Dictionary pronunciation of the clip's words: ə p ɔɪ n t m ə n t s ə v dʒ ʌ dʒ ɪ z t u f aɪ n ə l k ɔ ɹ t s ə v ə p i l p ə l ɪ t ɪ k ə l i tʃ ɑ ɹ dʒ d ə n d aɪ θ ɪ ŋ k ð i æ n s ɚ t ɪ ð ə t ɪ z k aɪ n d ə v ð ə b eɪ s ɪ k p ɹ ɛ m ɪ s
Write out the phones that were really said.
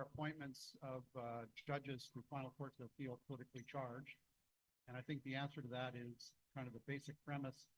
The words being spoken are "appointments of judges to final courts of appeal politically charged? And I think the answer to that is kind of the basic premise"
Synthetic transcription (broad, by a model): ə p ɔɪ n m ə n t s ə v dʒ ʌ dʒ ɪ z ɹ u f aɪ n l k ɔ ɹ t s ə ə f i l p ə l ɪ t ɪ k l i tʃ ɑ ɹ dʒ d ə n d aɪ θ ɪ ŋ k ð i æ n s ɚ t ɪ ð ə t ɪ z k aɪ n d ə v ð ə b eɪ s ɪ k p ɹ ɛ m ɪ s